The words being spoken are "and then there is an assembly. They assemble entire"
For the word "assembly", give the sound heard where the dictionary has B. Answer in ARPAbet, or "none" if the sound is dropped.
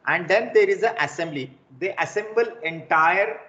B